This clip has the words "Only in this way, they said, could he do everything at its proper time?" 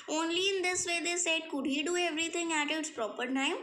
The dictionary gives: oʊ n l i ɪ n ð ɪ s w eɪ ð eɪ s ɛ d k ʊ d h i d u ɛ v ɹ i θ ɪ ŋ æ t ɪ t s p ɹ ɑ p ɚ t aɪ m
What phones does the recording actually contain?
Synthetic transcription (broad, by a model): oʊ n l i ɪ n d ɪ s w eɪ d eɪ s ɛ d k ʊ d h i d u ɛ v ɹ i t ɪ ŋ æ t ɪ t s p ɹ ɑ p ɚ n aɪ